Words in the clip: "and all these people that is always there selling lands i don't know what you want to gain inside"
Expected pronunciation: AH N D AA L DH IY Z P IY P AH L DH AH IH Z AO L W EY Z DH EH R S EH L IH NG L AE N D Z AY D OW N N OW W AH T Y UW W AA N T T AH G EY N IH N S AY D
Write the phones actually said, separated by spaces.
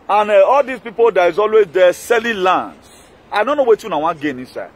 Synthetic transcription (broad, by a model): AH N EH AA L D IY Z P IY P AH L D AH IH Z AO L W EY Z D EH S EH L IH L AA N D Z AY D OW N N OW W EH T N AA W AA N G EY N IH N S AY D